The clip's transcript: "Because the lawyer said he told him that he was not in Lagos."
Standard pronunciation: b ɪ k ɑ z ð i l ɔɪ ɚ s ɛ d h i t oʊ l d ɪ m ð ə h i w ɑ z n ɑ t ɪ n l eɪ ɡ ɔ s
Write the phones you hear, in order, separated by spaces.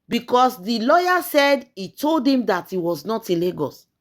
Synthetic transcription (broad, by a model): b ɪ k ɑ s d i l ɔɪ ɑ s ɛ d i t oʊ l d ɪ m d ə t i w ɑ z n ɑ t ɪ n l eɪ ɡ ɔ s